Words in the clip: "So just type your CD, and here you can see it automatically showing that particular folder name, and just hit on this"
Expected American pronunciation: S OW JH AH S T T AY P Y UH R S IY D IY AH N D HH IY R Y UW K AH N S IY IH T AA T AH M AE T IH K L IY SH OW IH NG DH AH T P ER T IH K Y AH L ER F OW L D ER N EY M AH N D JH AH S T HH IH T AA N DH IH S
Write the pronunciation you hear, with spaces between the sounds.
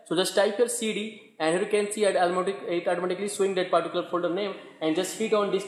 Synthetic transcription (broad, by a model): S OW JH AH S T T AY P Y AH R S IY D IY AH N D HH IY R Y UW K AH N S IY IH T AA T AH M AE T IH K L IY S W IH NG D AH T P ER T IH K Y L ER F OW L D ER N EY M AH N D JH AH S T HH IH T AA N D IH S